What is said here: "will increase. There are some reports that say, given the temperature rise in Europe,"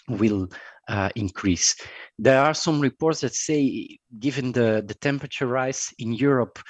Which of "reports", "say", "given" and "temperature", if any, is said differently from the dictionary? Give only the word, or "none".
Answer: none